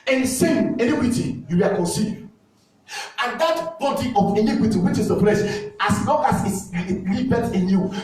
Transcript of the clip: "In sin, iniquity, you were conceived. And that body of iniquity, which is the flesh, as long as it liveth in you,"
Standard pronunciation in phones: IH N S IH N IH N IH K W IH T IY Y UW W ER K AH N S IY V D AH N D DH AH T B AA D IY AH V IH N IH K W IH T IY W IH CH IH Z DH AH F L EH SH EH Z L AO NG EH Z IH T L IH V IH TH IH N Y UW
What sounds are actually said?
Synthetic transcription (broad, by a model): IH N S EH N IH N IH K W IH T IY Y UW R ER K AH N S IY D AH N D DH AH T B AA D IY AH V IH N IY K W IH T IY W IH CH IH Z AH P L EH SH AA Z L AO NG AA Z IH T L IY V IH T IH N Y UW